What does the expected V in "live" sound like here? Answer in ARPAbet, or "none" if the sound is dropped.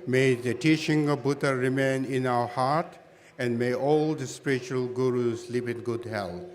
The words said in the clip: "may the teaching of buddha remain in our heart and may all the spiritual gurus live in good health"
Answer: P